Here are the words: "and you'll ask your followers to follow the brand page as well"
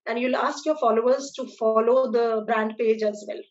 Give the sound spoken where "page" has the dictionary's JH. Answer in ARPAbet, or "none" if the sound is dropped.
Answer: JH